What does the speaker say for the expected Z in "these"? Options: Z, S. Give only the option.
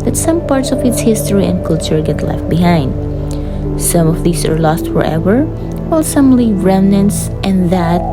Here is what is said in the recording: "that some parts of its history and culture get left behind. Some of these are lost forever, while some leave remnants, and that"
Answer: S